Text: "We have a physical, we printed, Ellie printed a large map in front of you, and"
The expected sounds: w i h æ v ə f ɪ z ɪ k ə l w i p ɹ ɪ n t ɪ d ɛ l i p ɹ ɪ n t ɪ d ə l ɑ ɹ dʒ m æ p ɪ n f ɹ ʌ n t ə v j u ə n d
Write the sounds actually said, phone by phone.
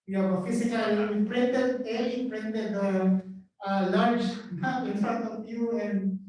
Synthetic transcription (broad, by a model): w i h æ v ə f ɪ s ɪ k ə l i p ɹ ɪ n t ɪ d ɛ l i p ɹ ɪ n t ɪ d ə l ɑ ɹ dʒ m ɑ ɪ n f ɹ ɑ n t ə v j u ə n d